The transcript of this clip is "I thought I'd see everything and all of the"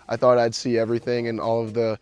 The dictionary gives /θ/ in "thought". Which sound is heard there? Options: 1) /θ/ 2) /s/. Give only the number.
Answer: 1